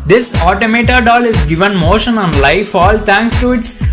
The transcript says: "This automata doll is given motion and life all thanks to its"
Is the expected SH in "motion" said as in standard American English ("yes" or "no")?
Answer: yes